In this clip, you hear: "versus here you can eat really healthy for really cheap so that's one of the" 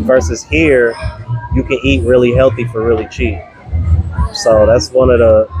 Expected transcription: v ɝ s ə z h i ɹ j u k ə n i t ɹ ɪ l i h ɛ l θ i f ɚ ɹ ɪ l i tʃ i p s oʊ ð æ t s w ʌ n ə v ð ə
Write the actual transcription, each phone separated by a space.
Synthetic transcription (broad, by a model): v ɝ s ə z h i ɹ j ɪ k ə n i t ɹ ɪ l i h ɛ l θ i f ɚ ɹ ɪ l i tʃ i p s oʊ ð æ t s w ʌ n ə v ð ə